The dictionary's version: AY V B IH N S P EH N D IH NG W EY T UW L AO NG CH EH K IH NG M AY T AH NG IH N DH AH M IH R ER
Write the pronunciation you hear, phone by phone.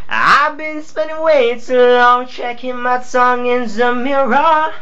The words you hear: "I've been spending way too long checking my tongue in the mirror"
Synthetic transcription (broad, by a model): AY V B IH N S P EH N D IH NG W EY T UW L AO NG CH EH K IH NG M AY S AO NG IH N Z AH M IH R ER